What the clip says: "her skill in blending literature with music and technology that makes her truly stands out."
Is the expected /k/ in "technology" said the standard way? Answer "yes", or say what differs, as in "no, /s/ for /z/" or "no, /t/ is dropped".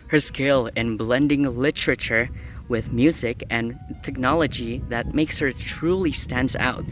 yes